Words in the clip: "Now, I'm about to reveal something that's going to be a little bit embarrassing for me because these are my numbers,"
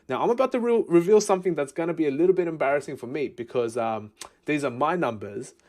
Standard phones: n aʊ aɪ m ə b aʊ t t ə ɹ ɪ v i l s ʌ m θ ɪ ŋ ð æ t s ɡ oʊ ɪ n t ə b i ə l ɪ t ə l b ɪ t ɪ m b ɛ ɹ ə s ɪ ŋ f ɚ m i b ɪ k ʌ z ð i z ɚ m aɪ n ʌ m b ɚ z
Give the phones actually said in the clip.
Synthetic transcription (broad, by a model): n aʊ aɪ m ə b aʊ t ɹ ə ɹ ɪ v i l s ʌ m θ ɪ ŋ ð æ t s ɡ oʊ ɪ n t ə b i ə l ɪ t l b ɪ t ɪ m b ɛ ɹ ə s ɪ ŋ f ɚ m i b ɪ k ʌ z ð i z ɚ m aɪ n ʌ m b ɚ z